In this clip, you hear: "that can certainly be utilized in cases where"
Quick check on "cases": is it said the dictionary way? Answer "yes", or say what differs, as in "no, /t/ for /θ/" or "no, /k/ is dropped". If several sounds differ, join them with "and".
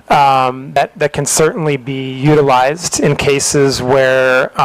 yes